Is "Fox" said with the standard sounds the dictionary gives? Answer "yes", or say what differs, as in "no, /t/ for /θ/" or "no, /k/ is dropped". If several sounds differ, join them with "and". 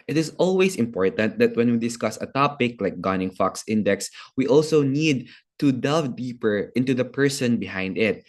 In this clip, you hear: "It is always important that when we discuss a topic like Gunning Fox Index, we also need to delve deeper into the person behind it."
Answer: yes